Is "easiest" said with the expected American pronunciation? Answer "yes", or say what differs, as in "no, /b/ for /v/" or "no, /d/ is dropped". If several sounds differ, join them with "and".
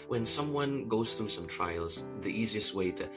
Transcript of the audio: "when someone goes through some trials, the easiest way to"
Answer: yes